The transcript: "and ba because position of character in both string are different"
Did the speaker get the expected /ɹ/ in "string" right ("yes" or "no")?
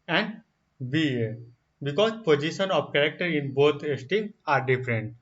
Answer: no